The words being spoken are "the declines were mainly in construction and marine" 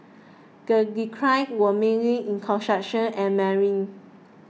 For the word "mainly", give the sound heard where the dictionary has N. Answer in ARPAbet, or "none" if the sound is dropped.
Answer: none